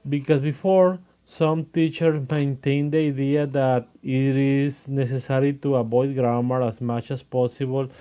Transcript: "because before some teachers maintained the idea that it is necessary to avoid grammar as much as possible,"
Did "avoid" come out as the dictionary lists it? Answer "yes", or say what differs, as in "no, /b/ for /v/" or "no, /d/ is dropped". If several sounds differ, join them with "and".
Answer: no, /b/ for /v/